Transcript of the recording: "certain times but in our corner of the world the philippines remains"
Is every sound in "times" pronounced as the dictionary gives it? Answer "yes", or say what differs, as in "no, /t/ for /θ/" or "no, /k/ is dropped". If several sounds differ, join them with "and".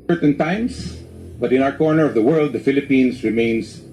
no, /s/ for /z/